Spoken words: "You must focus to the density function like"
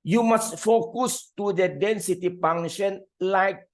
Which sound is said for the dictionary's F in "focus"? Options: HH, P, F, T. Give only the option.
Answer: F